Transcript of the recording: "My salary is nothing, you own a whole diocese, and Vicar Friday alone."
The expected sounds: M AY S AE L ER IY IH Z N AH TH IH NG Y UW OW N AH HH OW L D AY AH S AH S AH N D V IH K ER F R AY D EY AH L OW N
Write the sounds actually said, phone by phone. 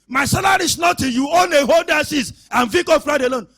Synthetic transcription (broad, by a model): M AY S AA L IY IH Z N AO T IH Y UW OW N AH HH OW L D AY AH S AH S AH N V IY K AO F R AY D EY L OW N